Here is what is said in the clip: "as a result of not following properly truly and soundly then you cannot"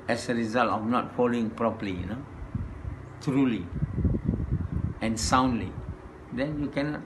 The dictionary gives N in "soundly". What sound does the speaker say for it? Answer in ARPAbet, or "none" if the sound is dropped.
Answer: N